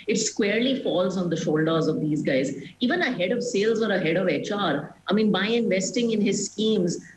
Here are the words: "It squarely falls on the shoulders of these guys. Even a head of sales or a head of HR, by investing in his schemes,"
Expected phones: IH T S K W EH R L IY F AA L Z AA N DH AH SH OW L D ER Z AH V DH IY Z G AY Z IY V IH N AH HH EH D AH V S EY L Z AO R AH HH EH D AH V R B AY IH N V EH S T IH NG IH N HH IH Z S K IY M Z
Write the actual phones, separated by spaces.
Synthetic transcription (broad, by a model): IH T S K W EH R L IY F AA L Z AA N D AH SH OW L D ER Z AH V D IY Z G AY Z IY V IH N AH HH EH D AH V S EY L Z AO R AH HH EH D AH V R B AY IH N V EH S T IH NG IH N HH IH Z S K IY M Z